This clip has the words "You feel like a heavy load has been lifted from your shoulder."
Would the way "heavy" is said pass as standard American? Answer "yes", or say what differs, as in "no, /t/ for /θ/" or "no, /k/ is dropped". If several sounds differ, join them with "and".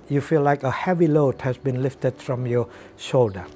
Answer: yes